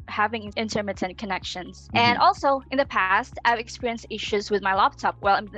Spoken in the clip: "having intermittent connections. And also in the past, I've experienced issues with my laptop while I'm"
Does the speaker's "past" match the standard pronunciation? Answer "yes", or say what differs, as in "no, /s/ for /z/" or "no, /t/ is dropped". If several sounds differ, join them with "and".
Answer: yes